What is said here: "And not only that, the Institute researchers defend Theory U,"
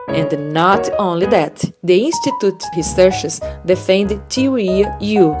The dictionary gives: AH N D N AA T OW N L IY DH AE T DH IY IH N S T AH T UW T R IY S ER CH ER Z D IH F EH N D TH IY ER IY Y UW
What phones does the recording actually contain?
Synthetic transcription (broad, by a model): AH N D N AA T OW N L IY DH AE T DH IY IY N S T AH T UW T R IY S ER SH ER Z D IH F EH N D T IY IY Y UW